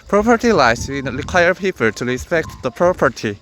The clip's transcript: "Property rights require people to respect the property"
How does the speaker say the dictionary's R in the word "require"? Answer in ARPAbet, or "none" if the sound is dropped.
R